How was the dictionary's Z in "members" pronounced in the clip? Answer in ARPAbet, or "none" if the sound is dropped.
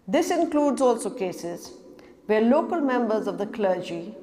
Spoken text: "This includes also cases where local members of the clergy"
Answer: Z